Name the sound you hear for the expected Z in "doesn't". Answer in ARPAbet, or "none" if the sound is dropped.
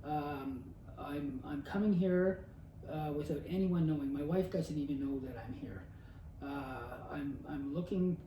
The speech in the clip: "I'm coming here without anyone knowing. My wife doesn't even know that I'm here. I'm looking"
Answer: Z